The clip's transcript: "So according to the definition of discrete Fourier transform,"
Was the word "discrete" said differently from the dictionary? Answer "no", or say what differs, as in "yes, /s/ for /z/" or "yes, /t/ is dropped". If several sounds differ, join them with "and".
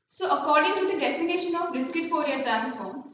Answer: yes, /ɹ/ is dropped